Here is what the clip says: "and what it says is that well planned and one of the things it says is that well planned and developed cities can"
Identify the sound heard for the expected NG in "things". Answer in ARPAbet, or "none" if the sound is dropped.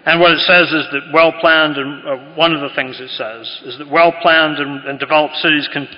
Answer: NG